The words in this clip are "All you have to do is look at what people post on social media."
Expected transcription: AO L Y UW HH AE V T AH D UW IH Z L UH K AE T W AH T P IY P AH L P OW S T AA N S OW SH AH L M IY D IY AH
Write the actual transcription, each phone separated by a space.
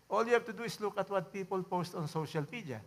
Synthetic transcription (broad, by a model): AO L Y UW HH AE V T AH D UW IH S L UH K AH T W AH T P IY P AH L P OW S T AA N S OW SH AH L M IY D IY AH